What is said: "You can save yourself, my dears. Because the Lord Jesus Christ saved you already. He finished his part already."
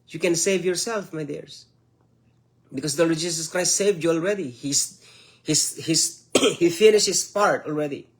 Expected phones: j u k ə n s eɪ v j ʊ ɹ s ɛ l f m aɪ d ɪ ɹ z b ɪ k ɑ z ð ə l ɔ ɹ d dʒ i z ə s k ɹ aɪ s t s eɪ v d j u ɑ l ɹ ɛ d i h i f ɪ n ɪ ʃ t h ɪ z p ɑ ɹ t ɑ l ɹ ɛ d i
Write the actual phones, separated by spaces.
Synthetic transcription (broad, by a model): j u k ə n s eɪ v j ʊ ɹ s ɛ l f m aɪ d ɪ ɹ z b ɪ k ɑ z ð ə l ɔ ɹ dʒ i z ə s k ɹ aɪ s t s eɪ v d j u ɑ l ɹ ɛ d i h i f ɪ n ɪ ʃ t h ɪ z p ɑ ɹ t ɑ l ɹ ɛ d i